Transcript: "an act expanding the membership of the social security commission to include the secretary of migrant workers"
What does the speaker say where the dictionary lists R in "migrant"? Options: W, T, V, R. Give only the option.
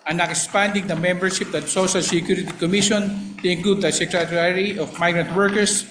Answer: R